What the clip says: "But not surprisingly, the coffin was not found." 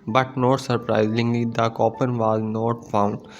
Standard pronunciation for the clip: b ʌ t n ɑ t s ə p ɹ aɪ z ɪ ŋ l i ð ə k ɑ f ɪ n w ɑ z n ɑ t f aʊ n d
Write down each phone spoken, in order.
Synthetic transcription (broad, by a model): b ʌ t n ɑ t s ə p ɹ aɪ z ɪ ŋ l i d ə k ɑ p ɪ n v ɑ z n ɑ t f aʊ n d